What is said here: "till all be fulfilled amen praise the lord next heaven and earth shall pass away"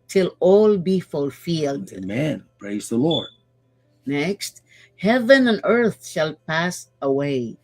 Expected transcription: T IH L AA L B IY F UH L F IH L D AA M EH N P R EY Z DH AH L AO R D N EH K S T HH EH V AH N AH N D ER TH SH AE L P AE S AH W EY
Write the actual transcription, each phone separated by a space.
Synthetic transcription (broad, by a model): T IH L AA L B IY F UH L F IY L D M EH N P R EY Z DH AH L AO R D N EH K S T HH EH V AH N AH N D ER TH SH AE L P AE S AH W EY